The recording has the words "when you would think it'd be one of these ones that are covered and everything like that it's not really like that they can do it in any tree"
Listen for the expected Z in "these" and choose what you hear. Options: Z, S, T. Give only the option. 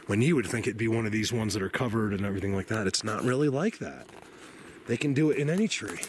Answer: Z